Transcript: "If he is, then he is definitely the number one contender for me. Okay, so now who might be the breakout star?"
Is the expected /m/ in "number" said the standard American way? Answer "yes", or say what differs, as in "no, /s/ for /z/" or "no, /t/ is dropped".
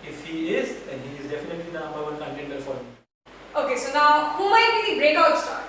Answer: no, /m/ is dropped